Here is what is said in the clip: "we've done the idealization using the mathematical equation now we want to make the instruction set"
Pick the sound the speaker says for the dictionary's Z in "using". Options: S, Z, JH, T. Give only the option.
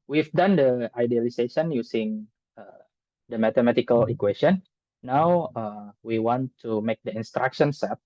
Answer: S